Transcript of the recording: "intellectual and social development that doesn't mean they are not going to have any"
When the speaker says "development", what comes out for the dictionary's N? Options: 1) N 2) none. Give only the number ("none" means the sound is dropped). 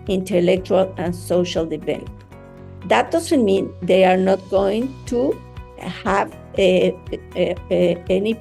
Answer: 2